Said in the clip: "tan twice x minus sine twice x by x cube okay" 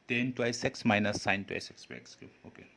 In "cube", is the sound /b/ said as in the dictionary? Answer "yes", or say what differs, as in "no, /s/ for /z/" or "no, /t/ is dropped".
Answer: no, /b/ is dropped